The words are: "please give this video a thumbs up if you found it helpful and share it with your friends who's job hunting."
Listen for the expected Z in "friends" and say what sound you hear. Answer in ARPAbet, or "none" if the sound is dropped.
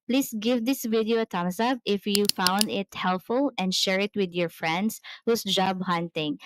S